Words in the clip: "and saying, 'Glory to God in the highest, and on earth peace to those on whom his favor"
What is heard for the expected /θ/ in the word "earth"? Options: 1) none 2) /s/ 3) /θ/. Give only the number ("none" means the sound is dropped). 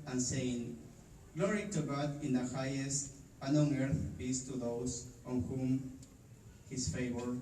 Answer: 3